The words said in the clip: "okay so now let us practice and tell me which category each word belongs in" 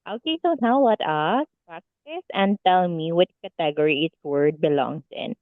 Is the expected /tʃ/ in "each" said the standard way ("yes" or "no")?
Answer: no